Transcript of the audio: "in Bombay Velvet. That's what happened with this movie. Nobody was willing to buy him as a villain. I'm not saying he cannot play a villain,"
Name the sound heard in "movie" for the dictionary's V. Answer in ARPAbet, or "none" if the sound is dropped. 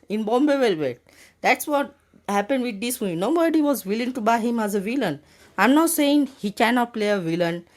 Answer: none